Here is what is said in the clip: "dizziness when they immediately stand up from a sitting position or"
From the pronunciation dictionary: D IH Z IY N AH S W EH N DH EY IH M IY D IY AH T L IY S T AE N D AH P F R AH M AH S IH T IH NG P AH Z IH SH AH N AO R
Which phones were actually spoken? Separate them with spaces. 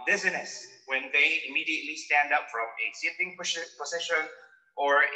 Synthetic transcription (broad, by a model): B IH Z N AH S W EH N DH EY IH M IY D IY AH T L IY S T AE N D AH P F R AH M AH S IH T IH NG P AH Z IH SH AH N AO R